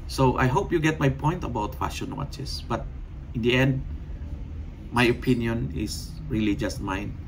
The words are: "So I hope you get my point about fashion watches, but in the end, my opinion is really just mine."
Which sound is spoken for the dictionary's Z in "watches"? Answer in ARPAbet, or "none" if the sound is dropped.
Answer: S